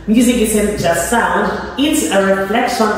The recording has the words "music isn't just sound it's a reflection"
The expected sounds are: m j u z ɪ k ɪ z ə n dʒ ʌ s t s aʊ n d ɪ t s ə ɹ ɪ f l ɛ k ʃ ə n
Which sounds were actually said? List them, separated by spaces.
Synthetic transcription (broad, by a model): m j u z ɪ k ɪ s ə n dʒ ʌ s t s aʊ n d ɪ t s ə ɹ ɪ f l ɛ k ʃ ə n